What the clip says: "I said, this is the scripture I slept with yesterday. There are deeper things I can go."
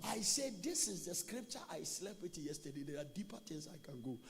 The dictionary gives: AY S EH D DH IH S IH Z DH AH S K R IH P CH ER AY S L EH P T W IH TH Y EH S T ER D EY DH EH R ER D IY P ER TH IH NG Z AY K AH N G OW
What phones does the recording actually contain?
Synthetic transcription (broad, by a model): AY S EH D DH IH S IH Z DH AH S K R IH P CH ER AY S L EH B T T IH Y EH S T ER D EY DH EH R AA D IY P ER T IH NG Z AY K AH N G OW